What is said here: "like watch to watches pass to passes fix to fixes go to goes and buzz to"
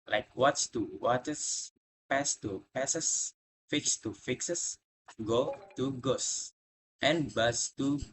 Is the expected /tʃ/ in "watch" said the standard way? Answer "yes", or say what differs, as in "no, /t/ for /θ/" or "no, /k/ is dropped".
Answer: no, /s/ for /tʃ/